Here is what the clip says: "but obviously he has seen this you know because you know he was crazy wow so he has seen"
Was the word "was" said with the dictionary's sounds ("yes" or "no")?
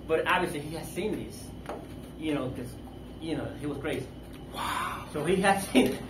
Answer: yes